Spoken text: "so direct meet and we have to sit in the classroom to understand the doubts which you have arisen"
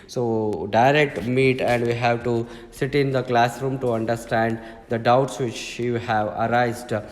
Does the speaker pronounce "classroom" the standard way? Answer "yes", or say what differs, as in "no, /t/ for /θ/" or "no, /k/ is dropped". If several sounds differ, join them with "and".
yes